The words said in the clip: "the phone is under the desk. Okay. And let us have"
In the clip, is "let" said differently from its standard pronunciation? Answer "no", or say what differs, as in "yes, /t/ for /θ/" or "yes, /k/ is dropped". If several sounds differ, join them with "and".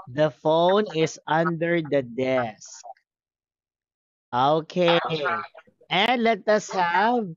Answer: no